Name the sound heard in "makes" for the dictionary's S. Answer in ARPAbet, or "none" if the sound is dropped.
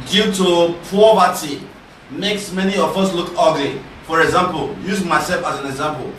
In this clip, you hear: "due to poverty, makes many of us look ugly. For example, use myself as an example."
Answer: S